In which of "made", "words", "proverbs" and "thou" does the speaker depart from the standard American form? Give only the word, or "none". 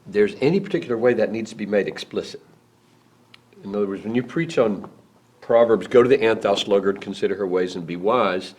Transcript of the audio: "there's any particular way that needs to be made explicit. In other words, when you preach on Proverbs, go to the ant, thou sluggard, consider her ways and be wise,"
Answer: none